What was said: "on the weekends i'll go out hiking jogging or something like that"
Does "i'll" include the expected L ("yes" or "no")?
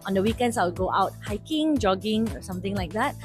no